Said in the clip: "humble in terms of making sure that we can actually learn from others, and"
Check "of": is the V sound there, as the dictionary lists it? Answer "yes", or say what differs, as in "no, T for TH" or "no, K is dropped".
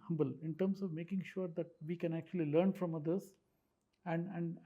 yes